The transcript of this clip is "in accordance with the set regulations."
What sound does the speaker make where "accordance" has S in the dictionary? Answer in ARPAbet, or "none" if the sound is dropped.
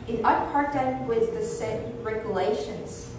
none